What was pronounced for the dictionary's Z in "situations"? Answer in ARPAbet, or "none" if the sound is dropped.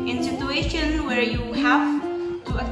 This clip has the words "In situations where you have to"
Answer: none